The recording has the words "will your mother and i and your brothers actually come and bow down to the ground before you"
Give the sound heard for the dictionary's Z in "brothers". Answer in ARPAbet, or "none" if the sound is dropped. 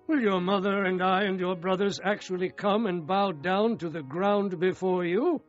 Z